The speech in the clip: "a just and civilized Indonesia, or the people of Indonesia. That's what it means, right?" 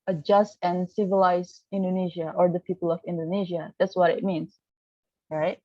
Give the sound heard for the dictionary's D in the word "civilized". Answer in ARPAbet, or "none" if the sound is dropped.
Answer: none